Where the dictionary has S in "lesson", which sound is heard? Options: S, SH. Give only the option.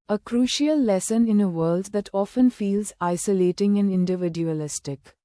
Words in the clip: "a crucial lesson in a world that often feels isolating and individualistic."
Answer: S